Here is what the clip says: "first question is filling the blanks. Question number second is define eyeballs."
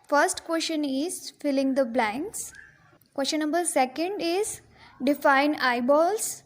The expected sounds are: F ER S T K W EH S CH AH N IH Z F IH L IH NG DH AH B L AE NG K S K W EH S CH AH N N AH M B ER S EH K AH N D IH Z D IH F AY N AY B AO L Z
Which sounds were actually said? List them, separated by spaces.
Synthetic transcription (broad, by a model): F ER S T K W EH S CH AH N IH Z F IH L IH NG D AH B L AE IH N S K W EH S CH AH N N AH B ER S EH K AH N D IH Z D IH F AY N AY B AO L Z